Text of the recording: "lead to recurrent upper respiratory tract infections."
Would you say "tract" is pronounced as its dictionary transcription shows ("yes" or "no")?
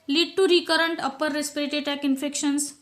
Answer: no